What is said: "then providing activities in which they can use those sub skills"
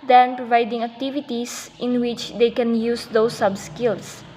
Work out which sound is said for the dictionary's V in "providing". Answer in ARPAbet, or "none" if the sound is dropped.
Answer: V